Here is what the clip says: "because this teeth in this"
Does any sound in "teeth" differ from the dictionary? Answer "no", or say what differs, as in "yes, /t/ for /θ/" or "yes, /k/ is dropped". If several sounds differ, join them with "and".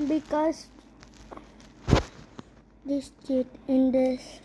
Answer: yes, /t/ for /θ/